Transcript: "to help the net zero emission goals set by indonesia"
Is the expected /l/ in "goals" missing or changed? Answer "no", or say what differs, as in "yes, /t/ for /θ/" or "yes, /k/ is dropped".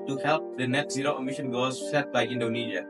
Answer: yes, /l/ is dropped